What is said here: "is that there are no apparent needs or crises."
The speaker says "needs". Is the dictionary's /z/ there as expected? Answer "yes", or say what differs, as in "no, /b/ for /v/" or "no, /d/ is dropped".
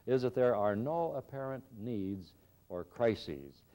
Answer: yes